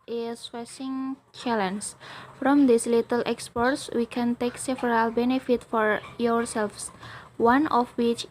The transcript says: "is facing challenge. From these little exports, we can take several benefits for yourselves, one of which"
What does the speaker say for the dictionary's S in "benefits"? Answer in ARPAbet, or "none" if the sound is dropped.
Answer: none